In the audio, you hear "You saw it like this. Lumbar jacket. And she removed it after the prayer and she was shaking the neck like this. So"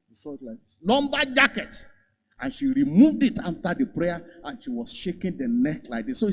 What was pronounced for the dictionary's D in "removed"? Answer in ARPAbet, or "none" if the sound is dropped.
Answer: D